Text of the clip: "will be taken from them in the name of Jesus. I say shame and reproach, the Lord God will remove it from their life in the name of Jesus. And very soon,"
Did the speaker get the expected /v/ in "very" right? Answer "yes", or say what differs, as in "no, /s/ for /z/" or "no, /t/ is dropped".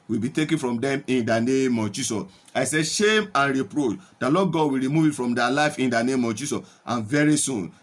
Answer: yes